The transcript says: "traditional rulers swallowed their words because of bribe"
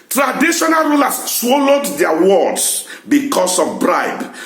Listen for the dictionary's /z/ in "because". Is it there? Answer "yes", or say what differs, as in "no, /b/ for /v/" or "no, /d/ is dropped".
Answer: no, /s/ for /z/